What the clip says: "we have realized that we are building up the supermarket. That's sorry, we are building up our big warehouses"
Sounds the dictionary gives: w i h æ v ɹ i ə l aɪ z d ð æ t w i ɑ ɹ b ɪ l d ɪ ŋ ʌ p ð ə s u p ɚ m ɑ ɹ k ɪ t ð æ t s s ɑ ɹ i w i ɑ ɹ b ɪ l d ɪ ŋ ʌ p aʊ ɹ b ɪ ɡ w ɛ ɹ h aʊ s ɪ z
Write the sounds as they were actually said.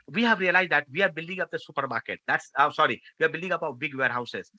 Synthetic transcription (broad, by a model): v i h æ v ɹ i ə l aɪ z d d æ t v i ɑ ɹ b ɪ l d ɪ ŋ ʌ p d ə s u p ɚ m ɑ ɹ k ɪ t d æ t s s ɑ ɹ i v i ɑ ɹ b ɪ l d ɪ ŋ ʌ p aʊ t b ɪ ɡ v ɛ ɹ h aʊ s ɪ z